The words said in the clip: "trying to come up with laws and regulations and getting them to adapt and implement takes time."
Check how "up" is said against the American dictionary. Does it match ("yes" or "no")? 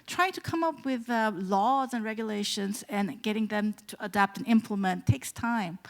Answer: yes